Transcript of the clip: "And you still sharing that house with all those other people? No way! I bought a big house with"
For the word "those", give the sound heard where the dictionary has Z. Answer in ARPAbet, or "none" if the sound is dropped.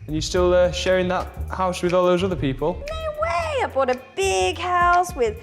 Z